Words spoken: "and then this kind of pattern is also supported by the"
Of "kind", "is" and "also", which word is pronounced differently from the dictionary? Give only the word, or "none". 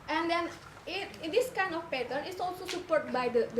is